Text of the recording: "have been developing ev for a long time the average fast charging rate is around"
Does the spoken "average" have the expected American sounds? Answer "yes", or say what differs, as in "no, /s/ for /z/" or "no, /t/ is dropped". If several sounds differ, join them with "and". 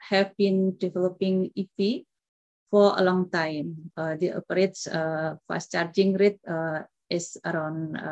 no, /p/ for /v/